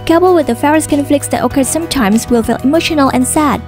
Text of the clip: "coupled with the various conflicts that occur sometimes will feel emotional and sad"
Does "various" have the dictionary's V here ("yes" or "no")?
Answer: no